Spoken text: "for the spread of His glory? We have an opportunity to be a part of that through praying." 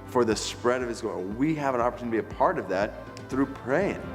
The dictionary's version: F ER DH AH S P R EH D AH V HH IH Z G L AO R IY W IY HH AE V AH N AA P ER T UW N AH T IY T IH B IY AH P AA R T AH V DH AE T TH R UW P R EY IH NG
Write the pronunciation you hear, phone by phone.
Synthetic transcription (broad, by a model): F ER DH AH S P R EH D AH V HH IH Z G AO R W IY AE V AH N AA P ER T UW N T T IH B IY AH P AA R T AH V DH AE T TH R UW P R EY IH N